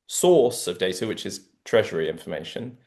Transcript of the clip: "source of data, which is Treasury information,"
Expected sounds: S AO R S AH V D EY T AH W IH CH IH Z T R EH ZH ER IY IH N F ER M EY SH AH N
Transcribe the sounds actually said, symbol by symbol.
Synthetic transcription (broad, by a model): S AO S AH V D EY T AH W IH CH IH Z T R EH ZH ER IY IH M F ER M EY SH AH N